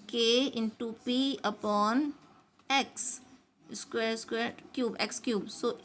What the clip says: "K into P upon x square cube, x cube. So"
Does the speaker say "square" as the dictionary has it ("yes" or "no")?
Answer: no